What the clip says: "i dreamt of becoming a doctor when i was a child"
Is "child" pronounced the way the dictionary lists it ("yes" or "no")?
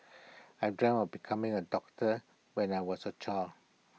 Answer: no